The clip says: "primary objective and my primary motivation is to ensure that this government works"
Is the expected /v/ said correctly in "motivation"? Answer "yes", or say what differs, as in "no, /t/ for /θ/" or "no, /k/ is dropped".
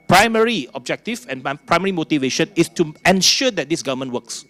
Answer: yes